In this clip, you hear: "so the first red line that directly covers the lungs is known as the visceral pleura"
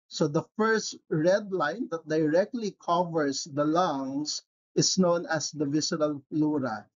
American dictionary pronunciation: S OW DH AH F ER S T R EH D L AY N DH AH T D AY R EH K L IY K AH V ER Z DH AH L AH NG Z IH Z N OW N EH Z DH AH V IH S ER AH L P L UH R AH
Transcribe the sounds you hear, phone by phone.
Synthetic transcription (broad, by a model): S OW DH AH F ER S T R EH D L AY N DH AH T D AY R EH K L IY K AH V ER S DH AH L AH NG S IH S N OW N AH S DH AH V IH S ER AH L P L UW R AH